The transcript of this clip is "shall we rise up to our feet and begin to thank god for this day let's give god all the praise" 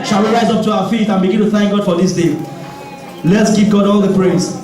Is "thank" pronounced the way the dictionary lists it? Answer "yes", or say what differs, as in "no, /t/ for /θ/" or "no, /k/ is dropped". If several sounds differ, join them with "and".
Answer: yes